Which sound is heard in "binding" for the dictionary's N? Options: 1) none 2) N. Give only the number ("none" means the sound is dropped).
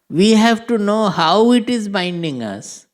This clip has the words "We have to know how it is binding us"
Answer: 2